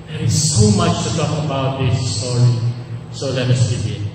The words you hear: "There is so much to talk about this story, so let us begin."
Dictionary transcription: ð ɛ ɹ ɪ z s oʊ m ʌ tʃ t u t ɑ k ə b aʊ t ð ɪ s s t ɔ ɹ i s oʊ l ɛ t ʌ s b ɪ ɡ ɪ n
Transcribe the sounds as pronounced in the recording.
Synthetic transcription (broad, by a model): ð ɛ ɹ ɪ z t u m ʌ tʃ t u t ɑ k ə b aʊ t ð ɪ s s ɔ l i s oʊ l ɛ t ʌ s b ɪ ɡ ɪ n